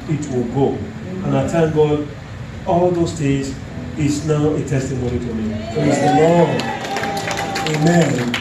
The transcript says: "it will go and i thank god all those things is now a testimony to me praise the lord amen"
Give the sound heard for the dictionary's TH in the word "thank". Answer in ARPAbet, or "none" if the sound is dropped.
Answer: T